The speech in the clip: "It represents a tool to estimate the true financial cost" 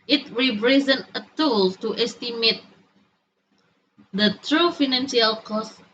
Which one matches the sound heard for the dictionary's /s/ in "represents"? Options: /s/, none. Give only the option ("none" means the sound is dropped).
none